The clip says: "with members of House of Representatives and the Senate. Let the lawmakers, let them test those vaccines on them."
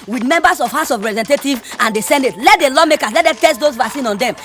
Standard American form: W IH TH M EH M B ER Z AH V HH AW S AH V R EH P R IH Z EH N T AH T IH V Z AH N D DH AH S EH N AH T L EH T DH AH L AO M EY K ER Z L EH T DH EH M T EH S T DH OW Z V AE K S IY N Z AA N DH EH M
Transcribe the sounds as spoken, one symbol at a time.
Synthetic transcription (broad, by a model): W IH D M EH M B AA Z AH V HH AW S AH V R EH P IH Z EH N T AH T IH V AH N D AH S EH N AH T L EH T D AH L AO M EY K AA S L EH T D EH T EH S T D OW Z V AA S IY N AA N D EH M